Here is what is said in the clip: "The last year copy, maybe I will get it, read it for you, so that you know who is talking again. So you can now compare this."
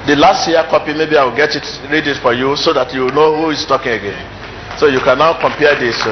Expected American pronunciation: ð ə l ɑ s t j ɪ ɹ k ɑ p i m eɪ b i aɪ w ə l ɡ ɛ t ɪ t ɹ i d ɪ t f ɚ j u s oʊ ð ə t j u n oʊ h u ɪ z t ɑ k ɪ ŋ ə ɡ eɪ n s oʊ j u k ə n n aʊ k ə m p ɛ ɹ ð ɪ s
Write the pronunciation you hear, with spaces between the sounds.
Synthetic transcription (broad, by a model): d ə l ɑ s t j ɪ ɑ k ɑ p i m eɪ b i aɪ w ə l ɡ ɛ t ɪ t ɹ i d ɪ t f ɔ j u s oʊ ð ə t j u n oʊ h u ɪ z t ɑ k ɪ ŋ ə ɡ eɪ n s oʊ j u k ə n n aʊ k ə m p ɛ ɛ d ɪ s